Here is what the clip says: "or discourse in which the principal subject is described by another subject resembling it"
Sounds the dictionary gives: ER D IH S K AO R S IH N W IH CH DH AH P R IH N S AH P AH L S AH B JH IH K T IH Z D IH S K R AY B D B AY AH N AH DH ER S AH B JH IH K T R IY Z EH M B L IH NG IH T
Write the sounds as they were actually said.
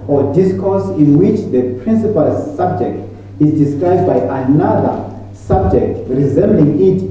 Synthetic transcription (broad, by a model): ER D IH S K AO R S IH N W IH CH DH AH P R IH N S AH P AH L S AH B JH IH K T IH Z D IH S K R AY B D B AY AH N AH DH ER S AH B JH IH K T R IY Z EH M B L IH NG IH T